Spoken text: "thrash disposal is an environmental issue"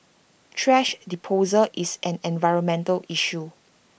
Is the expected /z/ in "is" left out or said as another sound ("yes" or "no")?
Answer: yes